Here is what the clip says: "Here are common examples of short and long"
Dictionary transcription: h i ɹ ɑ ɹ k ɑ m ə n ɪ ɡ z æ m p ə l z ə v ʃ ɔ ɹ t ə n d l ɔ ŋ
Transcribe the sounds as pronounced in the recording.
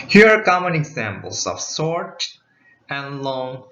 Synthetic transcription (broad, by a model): h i ɹ ɑ ɹ k ɑ m ə n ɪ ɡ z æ m p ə l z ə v s ɔ ɹ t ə n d l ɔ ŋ